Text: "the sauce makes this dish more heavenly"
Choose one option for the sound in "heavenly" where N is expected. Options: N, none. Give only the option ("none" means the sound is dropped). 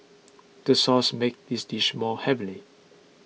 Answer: none